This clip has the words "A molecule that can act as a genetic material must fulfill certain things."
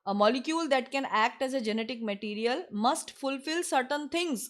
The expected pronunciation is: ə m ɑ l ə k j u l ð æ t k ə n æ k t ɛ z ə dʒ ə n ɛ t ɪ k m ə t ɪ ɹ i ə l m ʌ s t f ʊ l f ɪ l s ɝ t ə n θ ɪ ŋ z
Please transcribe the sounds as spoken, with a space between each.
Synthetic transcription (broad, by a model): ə m ɑ l ə k j u l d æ t k ə n æ k t ɛ z ə dʒ ə n ɛ t ɪ k m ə t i ɹ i ə l m ʌ s t f ʊ l f ɪ l s ɝ t ə n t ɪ ŋ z